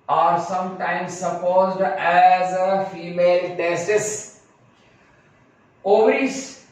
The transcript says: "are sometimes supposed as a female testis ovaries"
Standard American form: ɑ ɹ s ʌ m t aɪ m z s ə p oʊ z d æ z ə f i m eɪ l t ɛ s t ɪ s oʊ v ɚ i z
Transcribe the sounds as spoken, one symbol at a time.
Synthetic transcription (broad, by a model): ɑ ɹ s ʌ m t aɪ m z s ə p oʊ z d æ z ə f i m eɪ l t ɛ s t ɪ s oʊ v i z